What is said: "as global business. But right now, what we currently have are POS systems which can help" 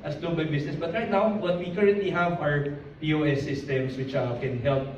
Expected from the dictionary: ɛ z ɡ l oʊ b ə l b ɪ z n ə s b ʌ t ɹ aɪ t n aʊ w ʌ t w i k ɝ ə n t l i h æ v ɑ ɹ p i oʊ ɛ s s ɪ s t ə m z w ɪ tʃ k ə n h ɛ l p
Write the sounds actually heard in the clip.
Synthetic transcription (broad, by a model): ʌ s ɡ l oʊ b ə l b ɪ s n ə s b ʌ t ɹ aɪ t n aʊ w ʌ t w i k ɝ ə n t l i h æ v ɑ ɹ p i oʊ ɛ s s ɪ s t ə m s w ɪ tʃ k ə n h ɛ l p